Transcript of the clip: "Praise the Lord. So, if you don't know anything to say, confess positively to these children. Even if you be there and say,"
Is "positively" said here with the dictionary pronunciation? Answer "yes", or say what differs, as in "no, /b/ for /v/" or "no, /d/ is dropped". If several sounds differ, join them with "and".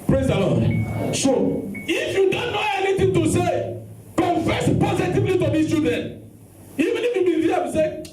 yes